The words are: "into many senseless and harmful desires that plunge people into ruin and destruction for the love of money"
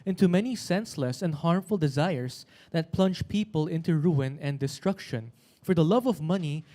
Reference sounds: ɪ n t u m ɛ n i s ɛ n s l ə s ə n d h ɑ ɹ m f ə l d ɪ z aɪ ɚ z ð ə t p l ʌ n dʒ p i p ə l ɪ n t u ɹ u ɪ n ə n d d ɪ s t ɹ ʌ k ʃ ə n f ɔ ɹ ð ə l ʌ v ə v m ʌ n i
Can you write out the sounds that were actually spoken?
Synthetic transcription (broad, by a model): ɪ n t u m ɛ n i s ɛ n s l ə s ə n d h ɑ ɹ m f ə l d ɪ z aɪ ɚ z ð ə t p l ʌ n dʒ p i p ə l ɪ n t u ɹ u ɪ n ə n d d ɪ s t ɹ ʌ k ʃ ə n f ɔ ɹ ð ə l ʌ v ə v m ʌ n i